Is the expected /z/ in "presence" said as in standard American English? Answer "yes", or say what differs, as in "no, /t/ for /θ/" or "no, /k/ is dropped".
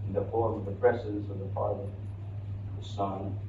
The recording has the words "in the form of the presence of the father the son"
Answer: no, /s/ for /z/